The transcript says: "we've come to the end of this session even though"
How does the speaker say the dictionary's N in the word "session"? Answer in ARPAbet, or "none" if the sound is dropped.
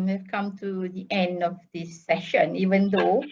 N